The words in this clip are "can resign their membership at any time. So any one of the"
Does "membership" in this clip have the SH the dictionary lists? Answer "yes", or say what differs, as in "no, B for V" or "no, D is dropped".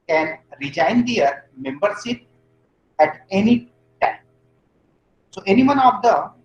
no, S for SH